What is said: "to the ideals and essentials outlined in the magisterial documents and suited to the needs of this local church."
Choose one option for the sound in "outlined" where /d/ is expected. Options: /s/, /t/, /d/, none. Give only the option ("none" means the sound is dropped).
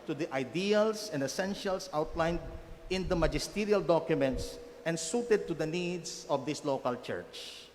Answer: /d/